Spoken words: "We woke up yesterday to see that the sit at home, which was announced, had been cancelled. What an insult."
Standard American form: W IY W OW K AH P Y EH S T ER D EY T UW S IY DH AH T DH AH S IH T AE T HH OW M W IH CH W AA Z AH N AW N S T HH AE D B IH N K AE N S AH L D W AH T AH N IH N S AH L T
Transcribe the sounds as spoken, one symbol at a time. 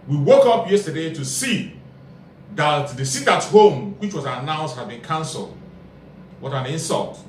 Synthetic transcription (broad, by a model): W IY W OW K AH P Y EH S T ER D EY T UW S IY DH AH T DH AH S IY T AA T HH OW M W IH CH W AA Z AH N AW N S T HH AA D B IH N K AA N S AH L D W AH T AH N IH N S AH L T